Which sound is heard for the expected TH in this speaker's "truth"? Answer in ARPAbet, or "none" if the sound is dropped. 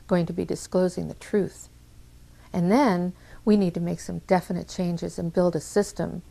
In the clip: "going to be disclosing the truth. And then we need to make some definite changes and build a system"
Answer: TH